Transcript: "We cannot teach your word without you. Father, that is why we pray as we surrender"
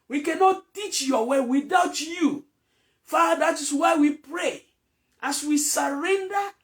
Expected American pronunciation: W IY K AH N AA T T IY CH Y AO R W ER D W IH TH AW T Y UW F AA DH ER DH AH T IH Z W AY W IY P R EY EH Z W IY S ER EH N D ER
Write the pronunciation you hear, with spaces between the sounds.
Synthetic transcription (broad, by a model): W IY K AH N AA T T IY CH Y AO W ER W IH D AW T Y UW F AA AA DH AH T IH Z W AY W IY P R EY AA S W IY S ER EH N D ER